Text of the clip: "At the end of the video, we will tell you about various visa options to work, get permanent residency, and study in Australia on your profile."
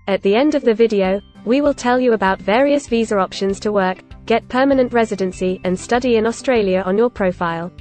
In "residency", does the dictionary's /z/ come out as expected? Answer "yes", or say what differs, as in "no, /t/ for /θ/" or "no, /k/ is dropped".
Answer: yes